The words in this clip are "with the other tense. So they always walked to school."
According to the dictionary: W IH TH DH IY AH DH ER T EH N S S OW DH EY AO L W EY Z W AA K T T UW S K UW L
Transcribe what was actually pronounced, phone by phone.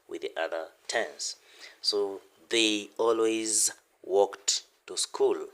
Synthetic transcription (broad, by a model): W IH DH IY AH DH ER T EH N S S OW DH EY AO L W EY Z W AA K T T UW S K UW L